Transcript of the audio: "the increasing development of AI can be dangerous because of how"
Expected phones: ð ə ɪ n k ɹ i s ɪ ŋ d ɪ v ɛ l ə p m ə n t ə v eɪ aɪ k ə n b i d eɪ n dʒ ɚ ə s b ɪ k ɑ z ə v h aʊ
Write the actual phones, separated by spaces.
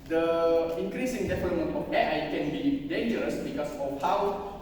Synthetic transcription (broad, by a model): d ə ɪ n k ɹ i s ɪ ŋ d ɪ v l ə m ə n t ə f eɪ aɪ k ə n b i d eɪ n dʒ ɚ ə s b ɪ k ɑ s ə f h aʊ